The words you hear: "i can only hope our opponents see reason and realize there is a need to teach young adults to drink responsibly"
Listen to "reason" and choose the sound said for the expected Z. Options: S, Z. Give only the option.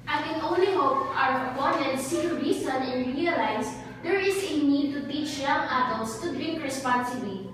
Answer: S